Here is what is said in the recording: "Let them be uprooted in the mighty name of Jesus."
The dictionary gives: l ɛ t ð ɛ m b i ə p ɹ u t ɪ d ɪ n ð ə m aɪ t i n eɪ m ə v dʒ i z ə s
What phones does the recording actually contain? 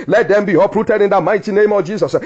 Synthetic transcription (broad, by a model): l ɛ t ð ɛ m b i ə p ɹ u t ɪ d ɪ n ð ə m aɪ t i n eɪ m ə v dʒ i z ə s